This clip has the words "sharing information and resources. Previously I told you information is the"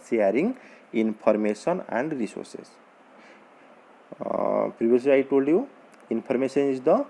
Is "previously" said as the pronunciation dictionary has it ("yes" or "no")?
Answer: no